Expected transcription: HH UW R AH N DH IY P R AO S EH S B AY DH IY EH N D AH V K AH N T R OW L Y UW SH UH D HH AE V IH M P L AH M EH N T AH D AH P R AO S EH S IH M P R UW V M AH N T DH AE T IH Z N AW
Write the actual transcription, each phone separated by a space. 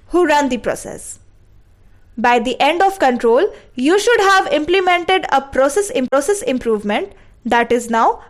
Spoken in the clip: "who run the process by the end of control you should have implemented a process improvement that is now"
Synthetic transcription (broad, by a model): HH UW R AH N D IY P R AO S EH S B AY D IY EH N D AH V K AH N T R OW L Y UW SH UH D HH AE V IH M P L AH M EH N T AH D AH P R AO S EH S IH M P R UW V M AH N T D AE T IH Z N AW